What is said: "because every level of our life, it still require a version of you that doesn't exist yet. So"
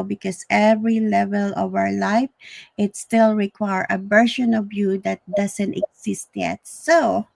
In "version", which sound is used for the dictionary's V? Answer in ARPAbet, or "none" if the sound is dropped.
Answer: B